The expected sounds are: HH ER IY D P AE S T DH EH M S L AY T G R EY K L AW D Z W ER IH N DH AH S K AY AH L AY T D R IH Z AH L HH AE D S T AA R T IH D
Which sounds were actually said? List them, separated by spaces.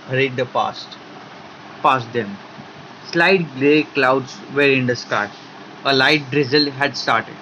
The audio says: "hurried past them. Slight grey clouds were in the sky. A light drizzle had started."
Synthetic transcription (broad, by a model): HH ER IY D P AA S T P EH M S L AY T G L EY K L AW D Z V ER IH N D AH S K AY AH L AY T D R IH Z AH L HH AE D S T AA R T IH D